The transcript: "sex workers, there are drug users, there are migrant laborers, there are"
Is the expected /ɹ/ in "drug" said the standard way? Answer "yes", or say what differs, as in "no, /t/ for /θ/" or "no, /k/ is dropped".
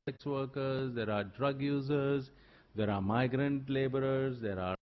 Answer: yes